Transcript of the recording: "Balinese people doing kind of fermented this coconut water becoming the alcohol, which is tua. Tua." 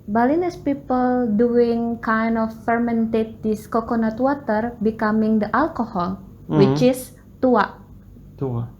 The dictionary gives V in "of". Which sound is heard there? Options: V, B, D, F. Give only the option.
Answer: F